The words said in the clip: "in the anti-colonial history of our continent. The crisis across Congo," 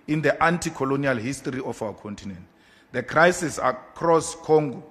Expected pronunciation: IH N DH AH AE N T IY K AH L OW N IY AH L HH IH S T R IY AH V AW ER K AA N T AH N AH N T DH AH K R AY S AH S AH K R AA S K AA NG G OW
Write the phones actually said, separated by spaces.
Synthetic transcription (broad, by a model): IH N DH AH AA N T IY K AH L OW N IY AH L HH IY S T R IY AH F AW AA K AA N T AH N AH N T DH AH K R AY S AH S AH K R AA S K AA NG G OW